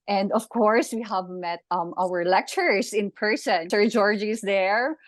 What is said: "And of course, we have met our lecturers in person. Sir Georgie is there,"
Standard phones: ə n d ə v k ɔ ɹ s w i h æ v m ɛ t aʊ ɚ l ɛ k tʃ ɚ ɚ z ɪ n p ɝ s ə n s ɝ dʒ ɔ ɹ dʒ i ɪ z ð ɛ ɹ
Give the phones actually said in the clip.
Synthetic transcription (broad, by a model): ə n d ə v k ɔ ɹ s w i h æ v m ɛ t aʊ ɚ l ɛ k tʃ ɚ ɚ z ɪ n p ɝ s ə n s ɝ dʒ ɔ ɹ dʒ i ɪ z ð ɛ ɹ